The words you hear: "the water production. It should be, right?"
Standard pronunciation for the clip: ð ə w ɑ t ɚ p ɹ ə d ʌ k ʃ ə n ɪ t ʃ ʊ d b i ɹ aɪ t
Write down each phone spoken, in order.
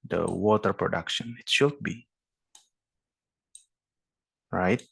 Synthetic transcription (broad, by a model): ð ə w ɑ t ɚ p ɹ ə d ʌ k ʃ ə n ɪ t ʃ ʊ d b i ɹ aɪ t